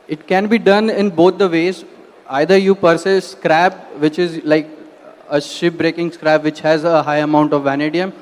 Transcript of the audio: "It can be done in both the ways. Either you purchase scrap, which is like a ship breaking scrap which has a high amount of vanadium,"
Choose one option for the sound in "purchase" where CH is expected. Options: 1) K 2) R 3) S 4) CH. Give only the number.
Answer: 3